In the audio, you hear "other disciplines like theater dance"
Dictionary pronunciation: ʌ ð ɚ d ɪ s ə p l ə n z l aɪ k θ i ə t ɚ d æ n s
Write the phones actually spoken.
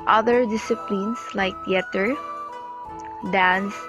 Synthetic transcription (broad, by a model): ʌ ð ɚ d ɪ s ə p l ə n s l aɪ k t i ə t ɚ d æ n s